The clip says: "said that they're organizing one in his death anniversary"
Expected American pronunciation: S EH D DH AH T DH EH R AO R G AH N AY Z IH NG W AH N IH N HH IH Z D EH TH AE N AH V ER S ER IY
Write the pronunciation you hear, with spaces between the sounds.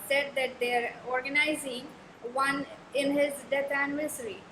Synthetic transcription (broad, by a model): S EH D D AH T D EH R AO R G AH N AY Z IH NG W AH N IH N HH IH Z D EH T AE N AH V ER S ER IY